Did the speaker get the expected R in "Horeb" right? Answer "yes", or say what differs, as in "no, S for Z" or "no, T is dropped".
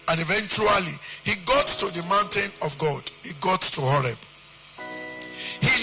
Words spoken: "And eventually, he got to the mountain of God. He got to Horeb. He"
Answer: yes